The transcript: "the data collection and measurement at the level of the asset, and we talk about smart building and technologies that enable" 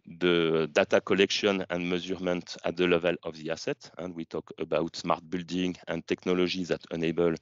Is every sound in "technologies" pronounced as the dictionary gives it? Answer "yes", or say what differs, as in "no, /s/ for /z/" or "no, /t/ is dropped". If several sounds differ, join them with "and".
no, /ʒ/ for /dʒ/